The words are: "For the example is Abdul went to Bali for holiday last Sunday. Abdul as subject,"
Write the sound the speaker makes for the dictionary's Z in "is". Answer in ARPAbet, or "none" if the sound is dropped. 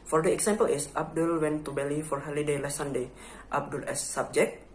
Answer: S